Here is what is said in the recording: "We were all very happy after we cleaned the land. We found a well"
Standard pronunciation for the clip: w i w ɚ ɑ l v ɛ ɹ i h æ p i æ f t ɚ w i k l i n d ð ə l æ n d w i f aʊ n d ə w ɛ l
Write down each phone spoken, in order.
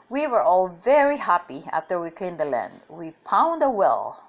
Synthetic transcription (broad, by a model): w i w ɚ ɑ l v ɛ ɹ i h æ p i æ f t ɚ w i k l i n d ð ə l æ n d w i p aʊ n d ə w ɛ l